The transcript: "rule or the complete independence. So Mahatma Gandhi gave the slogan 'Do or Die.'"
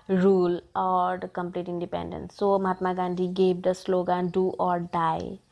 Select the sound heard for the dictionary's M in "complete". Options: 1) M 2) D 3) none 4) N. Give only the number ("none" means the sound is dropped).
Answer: 1